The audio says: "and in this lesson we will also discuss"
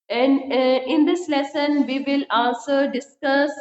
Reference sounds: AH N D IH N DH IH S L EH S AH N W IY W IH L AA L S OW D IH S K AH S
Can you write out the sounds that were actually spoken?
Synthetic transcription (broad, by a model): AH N D IH N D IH S L EH S AH N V IY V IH L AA N S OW D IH S K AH S